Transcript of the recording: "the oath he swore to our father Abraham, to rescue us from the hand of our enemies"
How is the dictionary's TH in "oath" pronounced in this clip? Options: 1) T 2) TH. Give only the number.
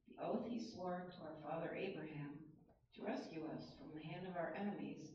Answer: 2